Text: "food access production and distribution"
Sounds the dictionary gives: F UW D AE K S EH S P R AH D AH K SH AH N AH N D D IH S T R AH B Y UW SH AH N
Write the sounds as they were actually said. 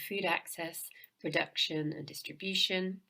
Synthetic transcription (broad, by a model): F UW D AE K S EH S P R AH D AH K SH AH N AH N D D IH S T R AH B Y UW SH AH N